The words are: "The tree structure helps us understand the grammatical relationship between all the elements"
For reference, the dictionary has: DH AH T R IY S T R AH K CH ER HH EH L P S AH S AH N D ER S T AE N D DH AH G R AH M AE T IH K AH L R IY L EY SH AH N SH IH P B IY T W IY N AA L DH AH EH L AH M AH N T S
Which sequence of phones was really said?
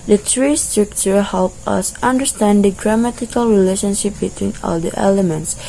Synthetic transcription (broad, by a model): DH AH T R IY S T R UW K CH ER HH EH L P AH S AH N D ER S T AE N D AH G R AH M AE T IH K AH L R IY L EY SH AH N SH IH P B IY T W IY N AA L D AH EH L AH M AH N T S